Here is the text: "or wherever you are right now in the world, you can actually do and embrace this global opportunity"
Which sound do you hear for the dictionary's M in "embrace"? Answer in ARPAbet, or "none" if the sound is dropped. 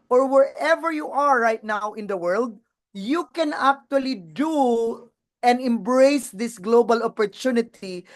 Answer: M